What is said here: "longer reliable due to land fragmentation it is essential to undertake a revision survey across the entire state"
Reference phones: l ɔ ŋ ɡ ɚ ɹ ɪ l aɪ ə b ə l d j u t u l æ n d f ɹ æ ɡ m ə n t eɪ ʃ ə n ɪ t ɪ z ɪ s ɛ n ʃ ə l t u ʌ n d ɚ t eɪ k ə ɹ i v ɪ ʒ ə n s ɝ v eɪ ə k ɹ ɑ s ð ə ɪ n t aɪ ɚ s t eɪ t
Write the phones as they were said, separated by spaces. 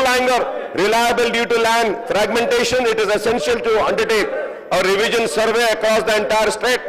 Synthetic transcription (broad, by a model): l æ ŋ ɡ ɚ ɹ ɪ l aɪ ə b ə l d j u t u l æ n d f ɹ æ ɡ m ə n t eɪ ʃ ə n ɪ t ɪ z ɪ s ɛ n ʃ ə l t u ʌ n d ɚ t eɪ k ə ɹ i v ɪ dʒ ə n s ɝ v eɪ ə k ɹ ɑ s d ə ɪ n t aɪ ɚ s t eɪ t